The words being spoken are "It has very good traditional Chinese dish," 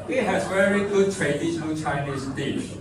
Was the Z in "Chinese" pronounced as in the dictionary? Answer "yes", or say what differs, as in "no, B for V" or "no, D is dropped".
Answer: no, S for Z